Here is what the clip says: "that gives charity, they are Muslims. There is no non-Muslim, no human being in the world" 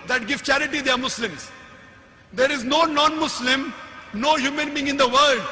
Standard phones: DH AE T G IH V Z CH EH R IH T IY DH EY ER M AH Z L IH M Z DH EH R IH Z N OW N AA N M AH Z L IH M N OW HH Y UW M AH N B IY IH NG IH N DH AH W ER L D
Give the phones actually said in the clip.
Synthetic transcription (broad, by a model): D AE T G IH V CH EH R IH T IY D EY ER M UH S L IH M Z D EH R IH Z N OW N AA N M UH S L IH M N OW HH Y UW M AH N B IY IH NG IH N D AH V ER L D